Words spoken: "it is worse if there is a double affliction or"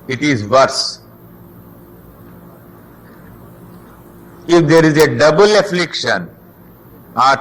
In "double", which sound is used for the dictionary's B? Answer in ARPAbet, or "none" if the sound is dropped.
B